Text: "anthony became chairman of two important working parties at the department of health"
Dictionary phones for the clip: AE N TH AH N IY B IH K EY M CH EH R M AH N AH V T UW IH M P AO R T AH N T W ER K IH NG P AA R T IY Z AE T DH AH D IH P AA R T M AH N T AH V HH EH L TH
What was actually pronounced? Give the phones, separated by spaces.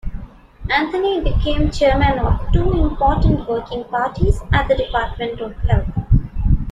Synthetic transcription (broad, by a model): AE N T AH N IY B IH K EY M CH EH R M AH N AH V T UW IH M P AO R T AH N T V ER K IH NG P AA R T IY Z AE T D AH D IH P AA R T M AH N T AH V HH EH L T